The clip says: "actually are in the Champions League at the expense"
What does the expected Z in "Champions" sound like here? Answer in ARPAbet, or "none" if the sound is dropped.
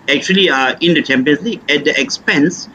S